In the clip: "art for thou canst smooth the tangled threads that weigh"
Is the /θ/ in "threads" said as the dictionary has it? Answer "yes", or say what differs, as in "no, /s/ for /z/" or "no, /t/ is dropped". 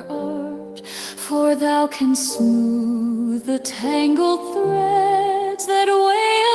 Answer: yes